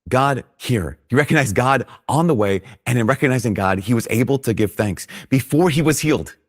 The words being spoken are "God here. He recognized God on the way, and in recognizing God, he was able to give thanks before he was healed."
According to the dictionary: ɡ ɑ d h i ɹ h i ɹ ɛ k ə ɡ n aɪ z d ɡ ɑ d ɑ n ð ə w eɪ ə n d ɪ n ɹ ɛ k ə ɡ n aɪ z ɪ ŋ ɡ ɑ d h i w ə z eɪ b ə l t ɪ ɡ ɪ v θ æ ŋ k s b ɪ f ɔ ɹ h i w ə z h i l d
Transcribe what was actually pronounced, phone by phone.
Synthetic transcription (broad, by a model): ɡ ɑ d h i ɹ h i ɹ ɛ k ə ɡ n aɪ z ɡ ɑ d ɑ n ð ə w eɪ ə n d ɪ n ɹ ɛ k ə ɡ n aɪ z ɪ ŋ ɡ ɑ d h i w ə z eɪ b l t ɪ ɡ ɪ v θ æ ŋ k s b ɪ f ɔ ɹ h i w ə z h i l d